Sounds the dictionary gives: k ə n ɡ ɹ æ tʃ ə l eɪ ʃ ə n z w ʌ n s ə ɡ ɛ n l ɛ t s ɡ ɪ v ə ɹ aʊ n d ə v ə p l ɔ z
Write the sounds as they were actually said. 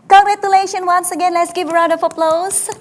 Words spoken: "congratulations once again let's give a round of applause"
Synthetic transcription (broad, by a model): k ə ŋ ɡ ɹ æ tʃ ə l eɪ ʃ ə n w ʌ n s ə ɡ ɛ n l ɛ t s ɡ ɪ v ə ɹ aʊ d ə f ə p l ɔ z